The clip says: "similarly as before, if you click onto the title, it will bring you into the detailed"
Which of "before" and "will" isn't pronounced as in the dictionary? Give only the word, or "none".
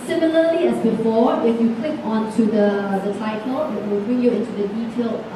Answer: before